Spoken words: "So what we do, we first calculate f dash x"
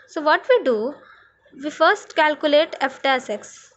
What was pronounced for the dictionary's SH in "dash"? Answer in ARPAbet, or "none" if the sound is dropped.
S